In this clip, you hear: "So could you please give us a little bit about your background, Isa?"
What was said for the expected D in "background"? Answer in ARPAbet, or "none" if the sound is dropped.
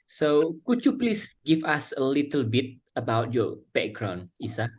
none